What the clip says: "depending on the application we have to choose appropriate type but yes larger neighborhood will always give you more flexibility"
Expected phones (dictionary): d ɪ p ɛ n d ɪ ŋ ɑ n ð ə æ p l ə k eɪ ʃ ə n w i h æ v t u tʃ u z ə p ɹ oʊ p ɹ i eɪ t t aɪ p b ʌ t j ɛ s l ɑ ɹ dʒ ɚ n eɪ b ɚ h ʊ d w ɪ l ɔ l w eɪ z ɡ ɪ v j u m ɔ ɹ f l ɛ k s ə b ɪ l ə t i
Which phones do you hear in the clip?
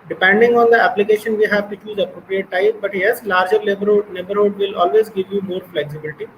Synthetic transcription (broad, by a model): d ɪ p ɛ n d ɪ ŋ ɑ n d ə æ p l ə k eɪ ʃ ə n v i h æ v t u tʃ u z ə p ɹ oʊ p ɹ i eɪ t t aɪ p b ʌ t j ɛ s l ɑ ɹ dʒ ɚ l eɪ b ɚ h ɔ d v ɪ l ɔ l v eɪ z ɡ ɪ v j u m ɔ ɹ f l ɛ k s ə b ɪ l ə t i